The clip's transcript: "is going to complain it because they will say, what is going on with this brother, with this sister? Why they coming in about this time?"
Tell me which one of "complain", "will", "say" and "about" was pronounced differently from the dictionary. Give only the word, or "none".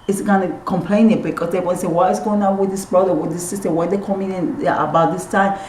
will